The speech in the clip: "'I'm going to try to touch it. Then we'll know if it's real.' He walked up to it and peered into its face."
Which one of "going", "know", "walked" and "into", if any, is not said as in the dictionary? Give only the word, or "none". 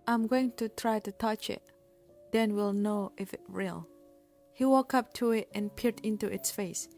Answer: walked